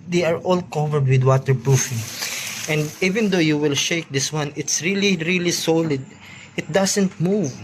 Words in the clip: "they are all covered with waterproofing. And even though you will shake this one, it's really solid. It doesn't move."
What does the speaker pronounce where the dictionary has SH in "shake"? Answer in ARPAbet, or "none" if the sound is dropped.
SH